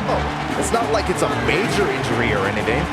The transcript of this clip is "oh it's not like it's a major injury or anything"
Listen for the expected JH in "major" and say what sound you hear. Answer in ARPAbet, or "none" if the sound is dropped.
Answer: JH